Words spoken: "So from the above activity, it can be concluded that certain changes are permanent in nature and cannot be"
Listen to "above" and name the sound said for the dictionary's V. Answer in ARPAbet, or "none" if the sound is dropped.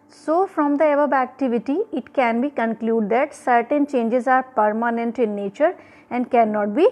B